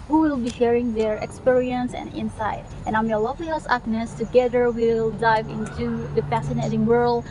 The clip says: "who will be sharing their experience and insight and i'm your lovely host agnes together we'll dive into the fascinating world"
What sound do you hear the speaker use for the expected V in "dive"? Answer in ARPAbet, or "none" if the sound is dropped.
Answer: V